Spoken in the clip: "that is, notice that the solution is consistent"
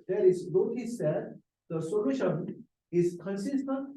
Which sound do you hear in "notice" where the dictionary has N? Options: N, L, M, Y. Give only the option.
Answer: L